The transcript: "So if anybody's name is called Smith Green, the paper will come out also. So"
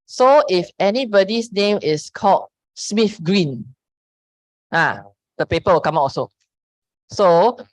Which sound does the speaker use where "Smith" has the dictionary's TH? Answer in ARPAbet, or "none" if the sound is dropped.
F